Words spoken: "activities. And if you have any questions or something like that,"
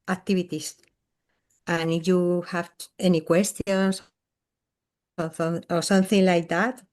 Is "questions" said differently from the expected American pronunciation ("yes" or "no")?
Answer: yes